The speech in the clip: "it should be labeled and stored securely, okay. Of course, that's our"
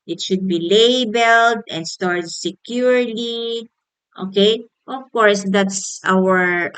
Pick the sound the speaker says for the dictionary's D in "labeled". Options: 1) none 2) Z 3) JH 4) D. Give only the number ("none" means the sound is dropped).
4